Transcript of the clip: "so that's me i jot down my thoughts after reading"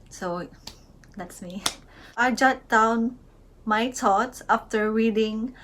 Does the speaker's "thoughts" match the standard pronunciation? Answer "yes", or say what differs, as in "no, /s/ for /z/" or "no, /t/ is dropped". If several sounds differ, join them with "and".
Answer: no, /t/ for /θ/ and /s/ is dropped